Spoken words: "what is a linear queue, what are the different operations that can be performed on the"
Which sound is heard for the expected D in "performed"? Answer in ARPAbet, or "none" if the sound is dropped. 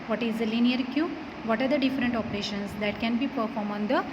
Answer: none